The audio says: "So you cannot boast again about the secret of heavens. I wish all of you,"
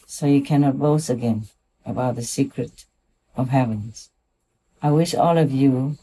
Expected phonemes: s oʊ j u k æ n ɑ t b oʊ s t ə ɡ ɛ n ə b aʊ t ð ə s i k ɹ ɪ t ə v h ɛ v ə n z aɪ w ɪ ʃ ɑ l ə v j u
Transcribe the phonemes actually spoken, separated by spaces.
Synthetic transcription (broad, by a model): s oʊ j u k æ n ɑ t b oʊ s ə ɡ ɛ n ə b aʊ t ð ə s i k ɹ ɪ t ə v h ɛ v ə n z aɪ w ɪ ʃ ɑ l ə v j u